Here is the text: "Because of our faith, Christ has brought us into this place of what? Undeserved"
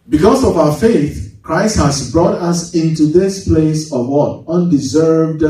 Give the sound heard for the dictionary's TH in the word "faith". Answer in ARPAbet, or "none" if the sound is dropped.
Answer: TH